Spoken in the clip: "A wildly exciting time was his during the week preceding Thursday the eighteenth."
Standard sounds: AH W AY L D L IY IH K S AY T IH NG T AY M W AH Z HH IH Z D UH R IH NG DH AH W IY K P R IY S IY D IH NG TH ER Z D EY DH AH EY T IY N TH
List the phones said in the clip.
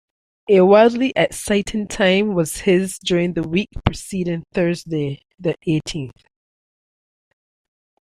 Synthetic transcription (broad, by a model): AH W AY L D L IY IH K S AY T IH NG T AY M W AH Z HH IH Z D UH R IH NG DH AH W IY K P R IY S IY D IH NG TH ER Z D EY DH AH EY T IY N TH